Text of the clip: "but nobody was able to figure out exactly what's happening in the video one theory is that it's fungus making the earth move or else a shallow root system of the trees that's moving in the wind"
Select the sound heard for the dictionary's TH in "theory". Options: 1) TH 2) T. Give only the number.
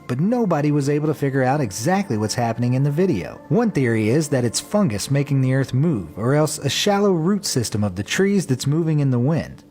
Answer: 1